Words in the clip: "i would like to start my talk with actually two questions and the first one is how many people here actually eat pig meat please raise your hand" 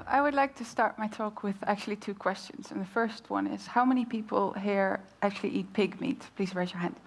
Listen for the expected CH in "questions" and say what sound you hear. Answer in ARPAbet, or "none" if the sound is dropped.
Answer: CH